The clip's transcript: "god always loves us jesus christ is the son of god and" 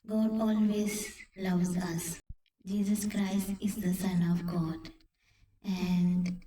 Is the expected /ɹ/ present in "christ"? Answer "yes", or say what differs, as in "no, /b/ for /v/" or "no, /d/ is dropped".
yes